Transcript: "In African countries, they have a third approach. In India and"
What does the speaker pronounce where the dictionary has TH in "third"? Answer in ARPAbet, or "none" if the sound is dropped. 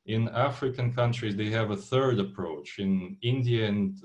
TH